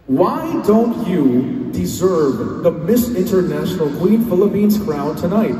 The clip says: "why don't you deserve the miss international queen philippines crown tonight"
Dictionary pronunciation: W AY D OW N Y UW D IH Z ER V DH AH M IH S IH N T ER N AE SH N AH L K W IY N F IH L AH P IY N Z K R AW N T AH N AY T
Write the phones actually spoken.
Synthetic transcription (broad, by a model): W AY D OW N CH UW D IH Z ER V DH AH M IH S IH N T ER N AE SH N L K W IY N F IH L AH P IY N Z K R AW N T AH N AY T